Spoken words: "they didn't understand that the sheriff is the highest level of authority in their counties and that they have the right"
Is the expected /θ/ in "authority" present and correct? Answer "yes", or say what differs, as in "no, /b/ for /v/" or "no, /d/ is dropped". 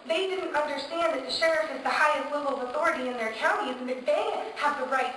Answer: yes